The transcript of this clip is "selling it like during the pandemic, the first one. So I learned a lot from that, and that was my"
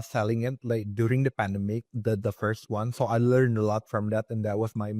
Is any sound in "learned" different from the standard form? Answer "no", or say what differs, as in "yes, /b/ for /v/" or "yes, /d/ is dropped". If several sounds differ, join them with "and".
no